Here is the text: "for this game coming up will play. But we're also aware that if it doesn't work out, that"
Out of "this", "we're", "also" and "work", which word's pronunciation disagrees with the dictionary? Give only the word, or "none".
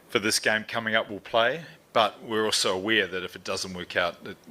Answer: none